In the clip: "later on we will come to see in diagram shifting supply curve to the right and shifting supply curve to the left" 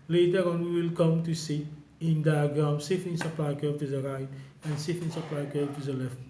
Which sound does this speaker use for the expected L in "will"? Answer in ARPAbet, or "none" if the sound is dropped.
L